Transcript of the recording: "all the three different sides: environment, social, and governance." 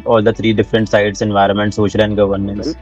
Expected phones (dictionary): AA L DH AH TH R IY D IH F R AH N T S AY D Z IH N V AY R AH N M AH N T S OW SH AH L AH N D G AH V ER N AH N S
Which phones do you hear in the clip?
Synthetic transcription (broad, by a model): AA L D AH T R IY D IH F R AH N T S AY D S IH N V AY R AH N M AH N T S OW SH AH L AH N D G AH V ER N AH N S